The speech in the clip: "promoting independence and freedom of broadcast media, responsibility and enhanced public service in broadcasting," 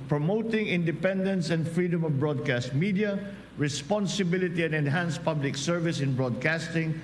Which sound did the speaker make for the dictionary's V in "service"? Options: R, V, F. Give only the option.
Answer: V